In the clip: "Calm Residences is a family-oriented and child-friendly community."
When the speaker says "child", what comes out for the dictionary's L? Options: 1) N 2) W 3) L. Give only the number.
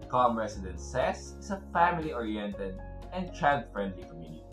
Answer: 1